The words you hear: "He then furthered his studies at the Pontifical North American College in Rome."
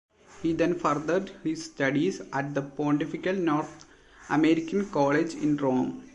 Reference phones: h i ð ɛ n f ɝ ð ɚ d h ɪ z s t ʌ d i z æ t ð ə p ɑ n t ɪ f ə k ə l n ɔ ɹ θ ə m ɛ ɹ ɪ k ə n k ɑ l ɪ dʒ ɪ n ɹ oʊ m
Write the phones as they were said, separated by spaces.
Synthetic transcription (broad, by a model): h i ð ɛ n f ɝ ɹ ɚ d h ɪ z s t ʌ d i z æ t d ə p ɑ n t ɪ f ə k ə l n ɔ ɹ t ə m ɛ ɹ ɪ k ə n k ɑ l ɪ dʒ ɪ n ɹ oʊ m